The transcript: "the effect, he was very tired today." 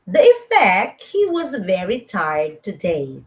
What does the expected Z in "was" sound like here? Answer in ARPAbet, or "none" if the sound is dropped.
Z